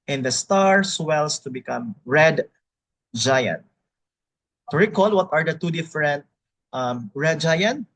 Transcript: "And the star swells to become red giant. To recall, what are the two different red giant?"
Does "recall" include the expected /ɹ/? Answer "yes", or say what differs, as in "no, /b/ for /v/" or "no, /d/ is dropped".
yes